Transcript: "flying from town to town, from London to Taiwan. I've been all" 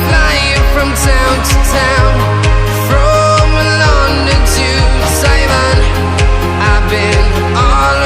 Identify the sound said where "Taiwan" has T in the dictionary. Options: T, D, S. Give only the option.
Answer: S